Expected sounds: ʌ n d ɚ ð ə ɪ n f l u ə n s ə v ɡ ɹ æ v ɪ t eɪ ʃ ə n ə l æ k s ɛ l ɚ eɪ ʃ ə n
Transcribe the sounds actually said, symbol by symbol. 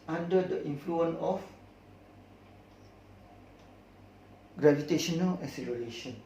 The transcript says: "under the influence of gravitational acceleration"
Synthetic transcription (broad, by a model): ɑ n d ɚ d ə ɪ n f l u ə n ə f ɡ ɹ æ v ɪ t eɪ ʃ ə n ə l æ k s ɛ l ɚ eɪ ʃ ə n